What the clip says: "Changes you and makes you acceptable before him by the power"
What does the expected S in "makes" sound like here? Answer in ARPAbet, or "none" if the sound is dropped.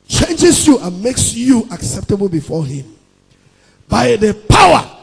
S